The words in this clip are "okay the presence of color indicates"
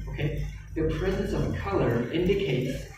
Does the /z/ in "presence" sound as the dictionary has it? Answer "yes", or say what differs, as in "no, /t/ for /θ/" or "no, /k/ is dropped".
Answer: yes